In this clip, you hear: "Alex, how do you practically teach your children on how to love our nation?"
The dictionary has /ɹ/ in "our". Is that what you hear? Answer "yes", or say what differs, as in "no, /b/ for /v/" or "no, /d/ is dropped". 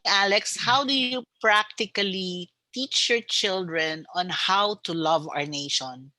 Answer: yes